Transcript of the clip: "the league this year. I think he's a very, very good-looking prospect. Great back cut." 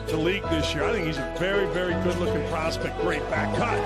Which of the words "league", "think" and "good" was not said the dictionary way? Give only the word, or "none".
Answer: none